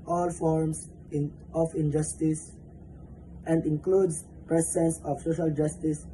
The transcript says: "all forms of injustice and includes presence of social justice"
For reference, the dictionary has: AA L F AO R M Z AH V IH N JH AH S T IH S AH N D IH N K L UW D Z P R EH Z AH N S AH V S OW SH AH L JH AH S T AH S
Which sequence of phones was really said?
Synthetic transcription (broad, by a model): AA L F AO R M S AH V IH N JH AH S T IH S AH N D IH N K L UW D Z P R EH S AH N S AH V S OW SH AH L JH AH S T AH S